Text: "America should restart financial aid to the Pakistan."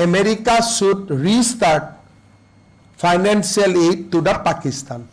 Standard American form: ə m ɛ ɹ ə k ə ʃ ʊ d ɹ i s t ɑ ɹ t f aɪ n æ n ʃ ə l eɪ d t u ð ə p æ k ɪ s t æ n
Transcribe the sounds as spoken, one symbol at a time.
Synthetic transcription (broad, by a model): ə m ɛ ɹ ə k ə s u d ɹ i s t ɑ ɹ t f aɪ n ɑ n s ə l eɪ d t u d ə p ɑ k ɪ s t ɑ n